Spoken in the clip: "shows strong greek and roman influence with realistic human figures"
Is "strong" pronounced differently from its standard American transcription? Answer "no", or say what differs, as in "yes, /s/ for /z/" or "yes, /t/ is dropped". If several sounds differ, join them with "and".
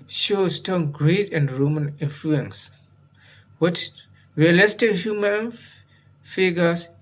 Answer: yes, /ɹ/ is dropped